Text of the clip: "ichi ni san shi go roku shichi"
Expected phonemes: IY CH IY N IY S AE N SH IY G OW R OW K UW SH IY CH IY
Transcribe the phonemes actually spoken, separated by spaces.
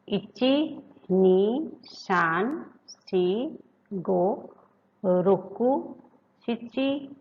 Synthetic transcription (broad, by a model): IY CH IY N IY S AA N S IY G OW R OW K UW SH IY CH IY